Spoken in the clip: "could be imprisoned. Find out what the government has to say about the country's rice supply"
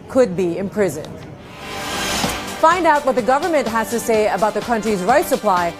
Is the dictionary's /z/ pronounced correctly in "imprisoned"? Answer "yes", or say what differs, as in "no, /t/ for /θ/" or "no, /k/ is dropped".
yes